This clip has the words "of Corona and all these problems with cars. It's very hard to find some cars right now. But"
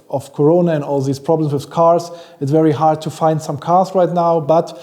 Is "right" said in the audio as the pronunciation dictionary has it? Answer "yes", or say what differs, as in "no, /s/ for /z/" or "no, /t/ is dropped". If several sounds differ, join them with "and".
yes